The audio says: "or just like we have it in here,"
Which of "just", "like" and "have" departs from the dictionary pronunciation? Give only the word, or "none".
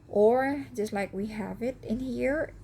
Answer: none